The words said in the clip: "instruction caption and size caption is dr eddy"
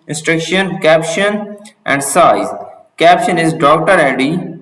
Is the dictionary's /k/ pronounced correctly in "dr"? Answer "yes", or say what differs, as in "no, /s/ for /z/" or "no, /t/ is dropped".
yes